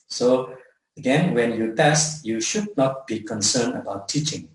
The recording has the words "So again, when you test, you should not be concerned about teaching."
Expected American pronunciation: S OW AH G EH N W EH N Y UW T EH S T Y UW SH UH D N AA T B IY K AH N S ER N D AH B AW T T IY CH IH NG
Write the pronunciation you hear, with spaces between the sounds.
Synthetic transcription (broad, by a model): S OW AH G EH N W EH N Y UW T EH S T Y UW SH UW D N AA T B IY K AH N S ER N AH B AW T T IY CH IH NG